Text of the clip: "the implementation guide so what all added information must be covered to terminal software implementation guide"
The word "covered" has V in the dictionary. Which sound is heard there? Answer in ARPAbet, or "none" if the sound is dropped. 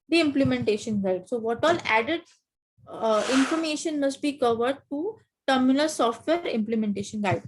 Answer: V